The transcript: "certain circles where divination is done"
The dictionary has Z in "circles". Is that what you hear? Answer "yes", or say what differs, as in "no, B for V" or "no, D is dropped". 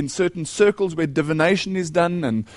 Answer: yes